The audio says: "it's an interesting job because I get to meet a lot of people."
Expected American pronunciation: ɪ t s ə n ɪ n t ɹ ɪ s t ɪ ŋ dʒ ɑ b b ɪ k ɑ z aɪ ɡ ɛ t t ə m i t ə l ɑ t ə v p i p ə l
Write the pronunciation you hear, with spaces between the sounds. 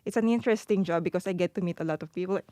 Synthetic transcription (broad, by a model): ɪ t s ə n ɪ n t ɹ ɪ s t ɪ ŋ dʒ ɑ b b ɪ k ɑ s aɪ ɡ ɛ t t ə m i t ə l ɑ t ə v p i p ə l